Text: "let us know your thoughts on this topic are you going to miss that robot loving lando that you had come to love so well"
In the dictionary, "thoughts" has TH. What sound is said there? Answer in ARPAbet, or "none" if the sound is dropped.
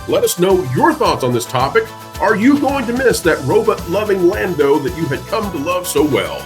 TH